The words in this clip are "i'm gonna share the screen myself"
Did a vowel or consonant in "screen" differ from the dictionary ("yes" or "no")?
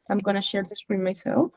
yes